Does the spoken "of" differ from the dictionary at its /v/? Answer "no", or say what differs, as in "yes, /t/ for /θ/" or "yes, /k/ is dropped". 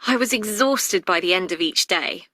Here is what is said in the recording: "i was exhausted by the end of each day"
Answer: no